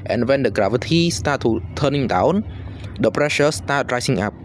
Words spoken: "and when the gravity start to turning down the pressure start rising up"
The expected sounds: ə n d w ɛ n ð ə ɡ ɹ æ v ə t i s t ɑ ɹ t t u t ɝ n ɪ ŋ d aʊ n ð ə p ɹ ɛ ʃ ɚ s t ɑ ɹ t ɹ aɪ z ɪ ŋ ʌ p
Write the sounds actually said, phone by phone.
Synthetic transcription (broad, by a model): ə n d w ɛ n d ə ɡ ɹ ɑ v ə t i s t ɑ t t u t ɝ n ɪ ŋ d aʊ n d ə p ɹ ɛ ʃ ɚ s t ɑ t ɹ aɪ s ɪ ŋ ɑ p